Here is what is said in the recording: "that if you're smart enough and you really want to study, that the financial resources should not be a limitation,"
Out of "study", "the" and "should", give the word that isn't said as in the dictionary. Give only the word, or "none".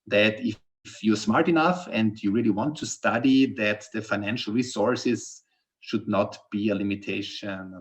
none